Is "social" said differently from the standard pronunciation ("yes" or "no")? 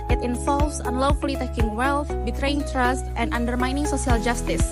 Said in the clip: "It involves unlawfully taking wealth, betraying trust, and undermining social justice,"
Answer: yes